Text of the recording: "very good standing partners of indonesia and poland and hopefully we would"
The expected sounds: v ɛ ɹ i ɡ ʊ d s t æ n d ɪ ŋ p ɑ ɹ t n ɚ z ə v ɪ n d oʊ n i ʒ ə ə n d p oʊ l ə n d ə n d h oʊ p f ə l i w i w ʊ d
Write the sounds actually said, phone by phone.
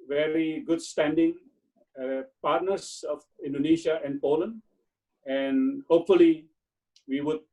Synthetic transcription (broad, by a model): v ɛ ɹ i ɡ ʊ d s t æ n d ɪ ŋ p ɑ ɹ t n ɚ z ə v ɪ n d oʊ n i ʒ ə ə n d p oʊ l ə n d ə n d h oʊ p f ə l i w i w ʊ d